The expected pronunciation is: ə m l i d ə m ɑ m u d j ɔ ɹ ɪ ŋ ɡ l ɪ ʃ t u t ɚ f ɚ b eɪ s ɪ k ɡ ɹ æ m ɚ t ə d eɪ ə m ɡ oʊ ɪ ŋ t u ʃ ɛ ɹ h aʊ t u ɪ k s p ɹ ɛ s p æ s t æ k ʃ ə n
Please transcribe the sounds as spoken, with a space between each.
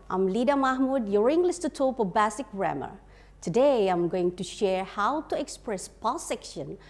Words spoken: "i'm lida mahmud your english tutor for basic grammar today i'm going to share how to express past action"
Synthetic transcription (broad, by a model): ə m l i d ə m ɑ m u d j ɔ ɹ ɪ ŋ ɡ l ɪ s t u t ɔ p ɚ b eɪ s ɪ k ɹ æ m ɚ t ə d eɪ ə m ɡ oʊ ɪ ŋ t u ʃ ɛ ɹ h aʊ t u ɪ k s p ɹ ɛ s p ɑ s ɛ k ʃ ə n